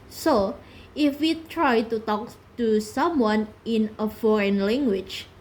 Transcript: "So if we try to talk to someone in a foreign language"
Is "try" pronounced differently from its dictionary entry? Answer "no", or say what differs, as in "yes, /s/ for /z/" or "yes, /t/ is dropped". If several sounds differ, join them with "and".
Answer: no